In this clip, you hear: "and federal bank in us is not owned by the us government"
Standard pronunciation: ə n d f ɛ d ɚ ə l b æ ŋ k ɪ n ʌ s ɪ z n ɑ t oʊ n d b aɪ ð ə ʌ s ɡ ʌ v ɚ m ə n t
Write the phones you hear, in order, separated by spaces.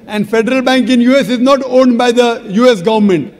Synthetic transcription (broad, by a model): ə n d f ɛ d ɚ ə l b æ ŋ k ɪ n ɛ s ɪ z n ɑ t oʊ n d b aɪ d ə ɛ s ɡ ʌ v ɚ m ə n t